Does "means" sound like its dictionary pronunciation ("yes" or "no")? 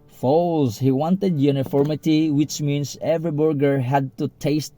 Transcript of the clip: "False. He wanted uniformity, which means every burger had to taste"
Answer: no